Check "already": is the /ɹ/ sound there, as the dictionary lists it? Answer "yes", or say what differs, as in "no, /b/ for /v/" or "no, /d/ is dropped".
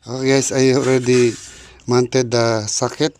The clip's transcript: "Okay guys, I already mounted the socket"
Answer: yes